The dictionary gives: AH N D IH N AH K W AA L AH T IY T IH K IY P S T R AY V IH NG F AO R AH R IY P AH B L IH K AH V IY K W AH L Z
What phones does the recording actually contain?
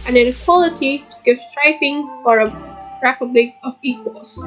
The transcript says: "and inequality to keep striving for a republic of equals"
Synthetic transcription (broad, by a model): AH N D IH N AH K W AA L AH T IY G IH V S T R AY F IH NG F AO R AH R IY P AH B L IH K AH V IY K W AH L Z